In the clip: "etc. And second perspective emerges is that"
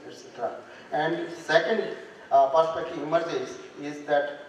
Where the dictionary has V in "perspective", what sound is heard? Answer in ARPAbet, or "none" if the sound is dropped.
none